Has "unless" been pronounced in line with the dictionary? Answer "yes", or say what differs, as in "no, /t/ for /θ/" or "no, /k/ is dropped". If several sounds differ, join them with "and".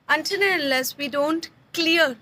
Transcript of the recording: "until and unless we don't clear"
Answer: no, /n/ is dropped